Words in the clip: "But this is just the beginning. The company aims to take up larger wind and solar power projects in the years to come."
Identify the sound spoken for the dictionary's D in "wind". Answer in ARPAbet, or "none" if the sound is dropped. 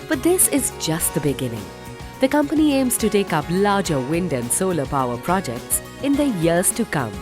D